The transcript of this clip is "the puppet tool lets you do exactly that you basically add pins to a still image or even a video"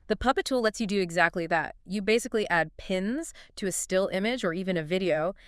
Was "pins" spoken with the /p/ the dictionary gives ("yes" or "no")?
yes